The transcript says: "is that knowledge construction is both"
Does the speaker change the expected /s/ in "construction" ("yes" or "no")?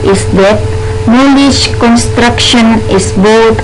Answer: no